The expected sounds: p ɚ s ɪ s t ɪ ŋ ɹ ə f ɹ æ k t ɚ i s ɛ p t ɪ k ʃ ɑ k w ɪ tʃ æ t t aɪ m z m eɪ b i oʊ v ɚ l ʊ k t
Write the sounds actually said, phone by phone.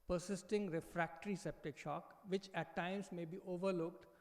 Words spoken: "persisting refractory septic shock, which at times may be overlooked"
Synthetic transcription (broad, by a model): p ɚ s ɪ s t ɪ ŋ ɹ ə f ɹ æ k t ɚ i s ɛ p t ɪ k ʃ ɑ k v ɪ tʃ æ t t aɪ m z m eɪ b i oʊ v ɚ l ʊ k t